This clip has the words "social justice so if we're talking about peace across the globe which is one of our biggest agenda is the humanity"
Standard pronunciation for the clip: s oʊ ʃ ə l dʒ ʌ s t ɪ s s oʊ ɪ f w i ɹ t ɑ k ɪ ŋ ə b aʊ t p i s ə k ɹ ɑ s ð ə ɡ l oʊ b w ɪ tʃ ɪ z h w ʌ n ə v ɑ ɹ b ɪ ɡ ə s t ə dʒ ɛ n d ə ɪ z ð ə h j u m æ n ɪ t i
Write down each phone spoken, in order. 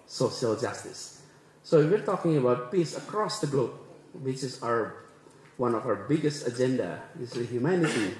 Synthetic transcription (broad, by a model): s oʊ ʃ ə l dʒ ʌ s t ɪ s s oʊ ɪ w i ɹ t ɑ k ɪ ŋ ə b aʊ t p i s ə k ɹ ɑ s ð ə ɡ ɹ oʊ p w ɪ tʃ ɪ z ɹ w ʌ n ə v ɑ ɹ b ɪ ɡ ə s t ə dʒ ɛ n d ə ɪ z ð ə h j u m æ n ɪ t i